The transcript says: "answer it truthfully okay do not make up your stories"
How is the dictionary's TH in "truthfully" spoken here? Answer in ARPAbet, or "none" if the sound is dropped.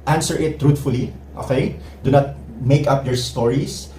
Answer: T